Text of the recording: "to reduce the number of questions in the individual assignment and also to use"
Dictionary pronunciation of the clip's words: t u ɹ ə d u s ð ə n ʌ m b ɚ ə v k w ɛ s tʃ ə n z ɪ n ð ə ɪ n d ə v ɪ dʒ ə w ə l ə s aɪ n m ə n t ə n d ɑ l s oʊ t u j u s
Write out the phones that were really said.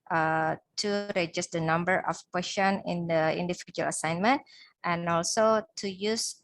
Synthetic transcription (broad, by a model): t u ɹ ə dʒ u s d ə n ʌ m b ɚ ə f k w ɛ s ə n ɪ n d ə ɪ n d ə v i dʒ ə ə l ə s aɪ n m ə n t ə n ɑ l s oʊ t u j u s